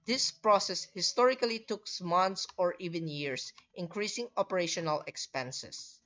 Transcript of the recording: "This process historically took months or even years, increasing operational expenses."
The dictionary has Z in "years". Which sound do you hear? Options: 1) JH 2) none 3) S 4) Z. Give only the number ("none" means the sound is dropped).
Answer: 3